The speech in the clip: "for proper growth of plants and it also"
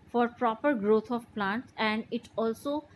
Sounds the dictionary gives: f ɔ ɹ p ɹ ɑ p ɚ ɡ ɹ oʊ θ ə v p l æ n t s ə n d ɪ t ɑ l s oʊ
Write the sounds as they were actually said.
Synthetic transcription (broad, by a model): f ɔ ɹ p ɹ ɑ p ɚ ɡ ɹ oʊ t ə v p l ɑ n t s ə n d ɪ t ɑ l s oʊ